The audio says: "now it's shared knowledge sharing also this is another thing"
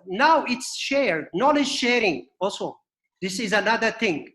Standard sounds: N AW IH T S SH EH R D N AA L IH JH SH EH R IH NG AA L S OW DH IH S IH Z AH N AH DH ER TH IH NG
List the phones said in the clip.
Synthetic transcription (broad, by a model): N AW IH T S SH EH R D N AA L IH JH SH EH R IH NG AA L S OW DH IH S IH Z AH N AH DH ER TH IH NG